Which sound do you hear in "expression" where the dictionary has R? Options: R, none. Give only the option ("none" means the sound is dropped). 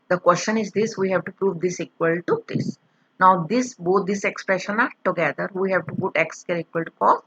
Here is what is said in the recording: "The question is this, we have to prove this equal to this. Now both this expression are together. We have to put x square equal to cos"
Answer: R